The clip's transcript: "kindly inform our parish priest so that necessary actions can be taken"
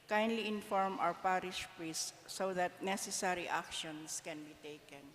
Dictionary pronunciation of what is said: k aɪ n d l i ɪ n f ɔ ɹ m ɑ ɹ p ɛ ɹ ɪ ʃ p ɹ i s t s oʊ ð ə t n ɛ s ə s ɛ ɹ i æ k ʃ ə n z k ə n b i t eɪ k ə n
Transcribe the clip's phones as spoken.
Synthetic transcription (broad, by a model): k aɪ n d l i ɪ n f ɔ ɹ m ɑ w p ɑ ɹ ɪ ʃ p ɹ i s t s oʊ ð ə t n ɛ s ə s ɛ ɹ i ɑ k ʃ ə n s k ə n b i t eɪ k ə n